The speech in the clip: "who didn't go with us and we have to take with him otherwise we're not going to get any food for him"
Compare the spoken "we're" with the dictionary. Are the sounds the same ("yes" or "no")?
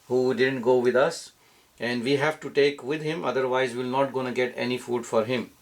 no